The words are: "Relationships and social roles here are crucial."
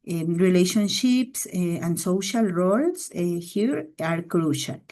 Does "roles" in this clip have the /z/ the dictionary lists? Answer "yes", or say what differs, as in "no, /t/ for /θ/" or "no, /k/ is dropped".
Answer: no, /s/ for /z/